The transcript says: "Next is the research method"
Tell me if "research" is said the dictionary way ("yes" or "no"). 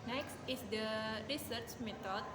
yes